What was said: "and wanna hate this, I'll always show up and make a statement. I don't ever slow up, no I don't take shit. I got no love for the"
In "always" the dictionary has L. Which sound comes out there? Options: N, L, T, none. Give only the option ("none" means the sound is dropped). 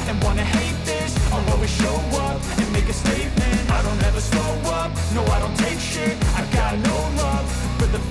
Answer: none